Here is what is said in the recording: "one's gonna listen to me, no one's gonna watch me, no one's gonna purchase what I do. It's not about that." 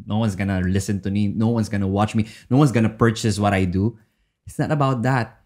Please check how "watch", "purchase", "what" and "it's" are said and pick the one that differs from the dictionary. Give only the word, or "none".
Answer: none